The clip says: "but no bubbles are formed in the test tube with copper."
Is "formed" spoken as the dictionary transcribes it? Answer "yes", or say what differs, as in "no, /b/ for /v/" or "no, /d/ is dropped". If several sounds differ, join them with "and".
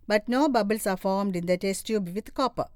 yes